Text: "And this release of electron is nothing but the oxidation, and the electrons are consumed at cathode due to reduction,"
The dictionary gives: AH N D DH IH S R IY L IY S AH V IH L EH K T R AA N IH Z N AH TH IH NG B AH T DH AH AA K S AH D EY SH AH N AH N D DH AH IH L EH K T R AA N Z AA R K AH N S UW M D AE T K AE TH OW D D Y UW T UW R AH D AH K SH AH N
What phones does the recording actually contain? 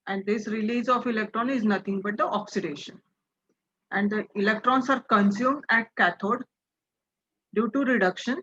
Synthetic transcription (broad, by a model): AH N D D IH S R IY L IY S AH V IH L EH K T R AA N IH Z N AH T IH NG B AH T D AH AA K S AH D EY SH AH N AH N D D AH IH L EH K T R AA N S AA R K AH N S UW M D AE T K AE T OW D D Y UW T UW R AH D AH K SH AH N